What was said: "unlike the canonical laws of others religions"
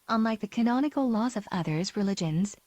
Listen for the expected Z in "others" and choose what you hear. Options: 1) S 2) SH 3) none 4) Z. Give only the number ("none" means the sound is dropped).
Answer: 4